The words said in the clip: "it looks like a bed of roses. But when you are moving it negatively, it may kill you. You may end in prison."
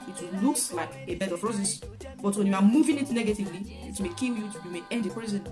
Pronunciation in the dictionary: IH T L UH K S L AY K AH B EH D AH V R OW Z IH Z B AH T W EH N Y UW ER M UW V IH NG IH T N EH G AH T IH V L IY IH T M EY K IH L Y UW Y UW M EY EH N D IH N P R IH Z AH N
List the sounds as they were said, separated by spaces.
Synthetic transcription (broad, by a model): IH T L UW K S L AY K AH B EH D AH P R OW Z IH S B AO T W EH N Y UW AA M UW V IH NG IH T N EH G AH T IH V L IY IH T M EY K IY L Y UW Y UW M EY EH N D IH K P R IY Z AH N